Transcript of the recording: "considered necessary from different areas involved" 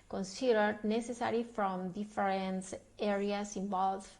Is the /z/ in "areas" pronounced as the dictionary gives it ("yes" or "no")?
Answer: no